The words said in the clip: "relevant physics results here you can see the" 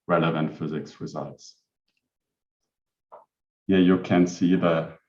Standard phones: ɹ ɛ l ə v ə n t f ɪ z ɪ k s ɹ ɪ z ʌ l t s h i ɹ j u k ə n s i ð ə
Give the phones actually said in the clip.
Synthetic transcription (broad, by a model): ɹ ɛ l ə v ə n t f ɪ z ɪ k s ɹ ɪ z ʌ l t s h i j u k ə n s i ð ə